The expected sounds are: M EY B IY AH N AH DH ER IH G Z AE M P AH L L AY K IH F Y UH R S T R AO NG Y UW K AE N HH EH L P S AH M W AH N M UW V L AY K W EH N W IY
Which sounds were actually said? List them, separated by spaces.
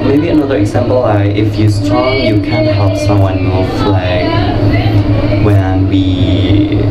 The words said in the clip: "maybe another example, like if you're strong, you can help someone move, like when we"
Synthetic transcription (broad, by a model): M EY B IY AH N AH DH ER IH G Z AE M P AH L L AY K IH F Y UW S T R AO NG Y UW K AE N HH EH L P S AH M W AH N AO F L AY K W EH N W IY